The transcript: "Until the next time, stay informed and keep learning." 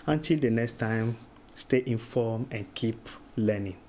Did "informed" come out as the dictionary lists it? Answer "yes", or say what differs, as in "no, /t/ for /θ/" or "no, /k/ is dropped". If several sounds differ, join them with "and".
no, /d/ is dropped